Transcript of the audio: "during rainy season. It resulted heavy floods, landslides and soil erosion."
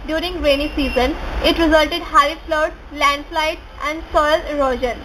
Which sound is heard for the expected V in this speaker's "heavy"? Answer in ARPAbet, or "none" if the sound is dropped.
none